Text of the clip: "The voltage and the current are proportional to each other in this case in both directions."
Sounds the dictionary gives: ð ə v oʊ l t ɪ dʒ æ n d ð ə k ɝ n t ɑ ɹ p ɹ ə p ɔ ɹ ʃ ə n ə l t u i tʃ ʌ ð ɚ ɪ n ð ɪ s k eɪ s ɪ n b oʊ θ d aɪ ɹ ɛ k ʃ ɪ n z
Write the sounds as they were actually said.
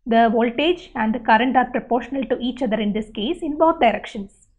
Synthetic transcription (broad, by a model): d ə v oʊ l t ɪ dʒ æ n d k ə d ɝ n t ɑ ɹ p ɹ ə p ɔ ɹ ʃ ə n ə l t u i tʃ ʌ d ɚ ɪ n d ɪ s k eɪ s ɪ n b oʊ t d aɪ ɹ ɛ k ʃ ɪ n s